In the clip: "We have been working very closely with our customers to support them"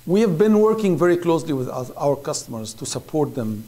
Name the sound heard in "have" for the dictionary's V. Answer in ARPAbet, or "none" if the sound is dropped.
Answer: V